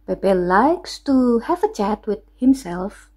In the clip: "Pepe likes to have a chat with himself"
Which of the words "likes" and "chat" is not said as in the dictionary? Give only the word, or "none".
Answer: none